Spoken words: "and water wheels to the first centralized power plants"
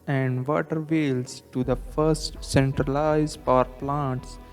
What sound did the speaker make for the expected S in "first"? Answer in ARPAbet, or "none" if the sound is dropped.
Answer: S